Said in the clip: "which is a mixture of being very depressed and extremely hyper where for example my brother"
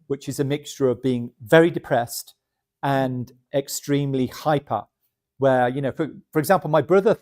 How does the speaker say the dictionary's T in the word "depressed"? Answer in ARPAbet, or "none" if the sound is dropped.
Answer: T